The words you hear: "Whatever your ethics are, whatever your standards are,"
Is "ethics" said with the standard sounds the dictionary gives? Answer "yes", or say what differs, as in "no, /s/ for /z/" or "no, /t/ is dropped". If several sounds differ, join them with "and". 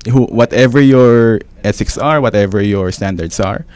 no, /s/ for /θ/